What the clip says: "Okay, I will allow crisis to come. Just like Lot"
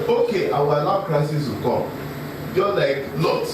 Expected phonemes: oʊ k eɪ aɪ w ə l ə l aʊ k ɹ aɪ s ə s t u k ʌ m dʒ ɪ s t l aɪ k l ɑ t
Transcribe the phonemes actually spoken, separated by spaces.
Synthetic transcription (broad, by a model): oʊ k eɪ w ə w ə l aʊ k ɹ aɪ s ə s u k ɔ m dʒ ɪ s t l aɪ k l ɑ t